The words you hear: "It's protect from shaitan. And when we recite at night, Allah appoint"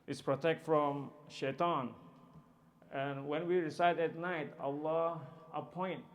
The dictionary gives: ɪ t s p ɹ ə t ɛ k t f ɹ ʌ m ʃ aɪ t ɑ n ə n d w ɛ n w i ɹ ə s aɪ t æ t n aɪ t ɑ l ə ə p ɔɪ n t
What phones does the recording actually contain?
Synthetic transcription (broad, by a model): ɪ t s p ɹ ə t ɛ k t f ɹ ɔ m ʃ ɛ t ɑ n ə n w ɛ n w i ɹ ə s aɪ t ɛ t n aɪ t ɑ l ə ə p ɔɪ n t